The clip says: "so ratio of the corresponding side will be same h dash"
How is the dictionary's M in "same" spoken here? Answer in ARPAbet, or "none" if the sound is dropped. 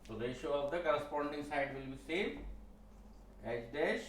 none